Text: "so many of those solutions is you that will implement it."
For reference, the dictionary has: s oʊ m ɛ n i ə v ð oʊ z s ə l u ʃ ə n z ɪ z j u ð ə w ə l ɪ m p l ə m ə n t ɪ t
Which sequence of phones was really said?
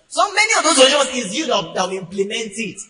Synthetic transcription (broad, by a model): s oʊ m ɛ n i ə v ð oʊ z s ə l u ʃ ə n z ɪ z j u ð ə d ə w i m p l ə m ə n t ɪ t